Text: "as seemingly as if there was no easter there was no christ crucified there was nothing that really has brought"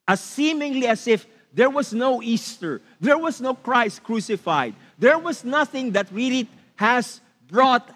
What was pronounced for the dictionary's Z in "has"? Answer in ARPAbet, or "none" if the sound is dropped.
S